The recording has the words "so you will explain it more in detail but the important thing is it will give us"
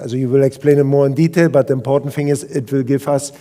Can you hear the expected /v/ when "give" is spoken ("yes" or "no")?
no